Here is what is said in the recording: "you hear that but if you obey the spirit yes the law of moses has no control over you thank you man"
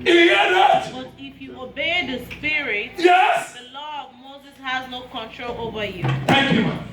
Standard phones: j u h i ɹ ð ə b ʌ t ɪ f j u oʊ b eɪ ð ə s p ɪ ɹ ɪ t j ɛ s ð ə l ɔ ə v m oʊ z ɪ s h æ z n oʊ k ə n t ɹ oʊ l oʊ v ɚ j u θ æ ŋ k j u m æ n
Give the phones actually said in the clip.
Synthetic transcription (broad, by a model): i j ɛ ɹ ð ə b ʌ t ɪ f j u oʊ b eɪ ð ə s p ɪ ɹ ɪ t j ɛ s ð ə l ɔ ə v m oʊ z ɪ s h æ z n oʊ k ə n t ɹ oʊ l oʊ v ɚ j u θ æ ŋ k j u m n